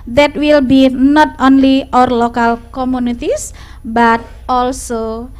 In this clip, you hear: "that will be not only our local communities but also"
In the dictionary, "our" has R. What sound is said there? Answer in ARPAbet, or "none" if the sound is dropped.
R